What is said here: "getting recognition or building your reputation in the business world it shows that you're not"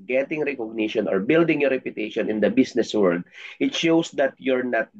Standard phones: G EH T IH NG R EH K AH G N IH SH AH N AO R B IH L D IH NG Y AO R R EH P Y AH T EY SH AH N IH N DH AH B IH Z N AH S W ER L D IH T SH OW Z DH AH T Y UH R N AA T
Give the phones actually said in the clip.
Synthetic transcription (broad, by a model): G EH T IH NG R EH K AH G N IH SH AH N AO R B IH L D IH NG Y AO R R EH P Y AH T EY SH AH N IH N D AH B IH S N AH S W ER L D IH T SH OW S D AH T Y UH R N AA T